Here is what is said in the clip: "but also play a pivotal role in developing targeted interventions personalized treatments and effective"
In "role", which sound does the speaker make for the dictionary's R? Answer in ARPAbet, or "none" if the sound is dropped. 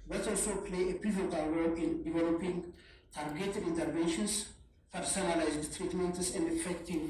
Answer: W